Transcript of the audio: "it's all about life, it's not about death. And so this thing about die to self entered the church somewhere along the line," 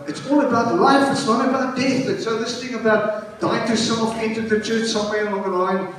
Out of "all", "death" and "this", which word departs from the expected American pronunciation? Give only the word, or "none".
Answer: none